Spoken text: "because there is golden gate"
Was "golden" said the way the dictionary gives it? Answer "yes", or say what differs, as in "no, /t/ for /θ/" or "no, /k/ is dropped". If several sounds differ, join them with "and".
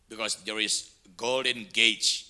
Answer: yes